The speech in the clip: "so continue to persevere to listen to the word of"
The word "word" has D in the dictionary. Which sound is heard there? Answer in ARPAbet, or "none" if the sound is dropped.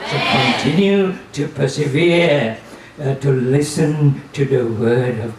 D